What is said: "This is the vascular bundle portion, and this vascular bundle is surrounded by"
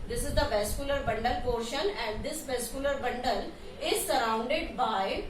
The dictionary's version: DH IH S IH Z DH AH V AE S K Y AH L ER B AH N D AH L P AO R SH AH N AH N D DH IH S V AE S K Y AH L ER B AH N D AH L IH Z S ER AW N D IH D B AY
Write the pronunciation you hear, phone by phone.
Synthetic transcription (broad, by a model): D IH S IH Z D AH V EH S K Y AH L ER B AH N D AH L P AO R SH AH N AH N D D IH S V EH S K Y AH L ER B AH N D AH L IH Z S ER AW N D IH D B AY